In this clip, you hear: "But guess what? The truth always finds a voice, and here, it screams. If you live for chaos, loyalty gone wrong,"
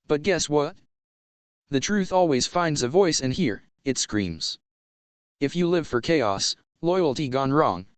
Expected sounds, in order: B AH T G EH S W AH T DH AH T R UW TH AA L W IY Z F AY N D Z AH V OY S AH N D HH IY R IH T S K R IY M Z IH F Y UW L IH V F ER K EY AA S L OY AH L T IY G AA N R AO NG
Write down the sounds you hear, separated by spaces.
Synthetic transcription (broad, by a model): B AH T G EH S W AH T DH AH T R UW TH AA L W IY Z F AY N D Z AH V OY S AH N HH IY R IH T S K R IY M Z IH F Y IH L IH V F ER K EY AA S L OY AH L T IY G AA N R AO NG